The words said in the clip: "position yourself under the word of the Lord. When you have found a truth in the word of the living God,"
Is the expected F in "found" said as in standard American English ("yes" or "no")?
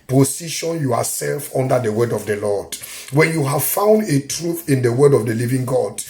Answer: yes